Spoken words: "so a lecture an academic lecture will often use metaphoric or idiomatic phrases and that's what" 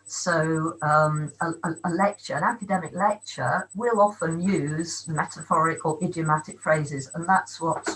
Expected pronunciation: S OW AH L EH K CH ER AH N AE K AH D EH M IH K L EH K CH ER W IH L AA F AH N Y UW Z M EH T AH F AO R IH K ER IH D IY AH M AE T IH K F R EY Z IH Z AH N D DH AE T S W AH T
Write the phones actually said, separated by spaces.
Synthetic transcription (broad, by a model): S OW AH L EH K CH ER AH N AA K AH D EH M IH K L EH K CH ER W IH L AA F AH N Y UW Z M EH T AH F AO R IH K ER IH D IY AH M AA T IH K F R EY Z IH Z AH N DH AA T S W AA T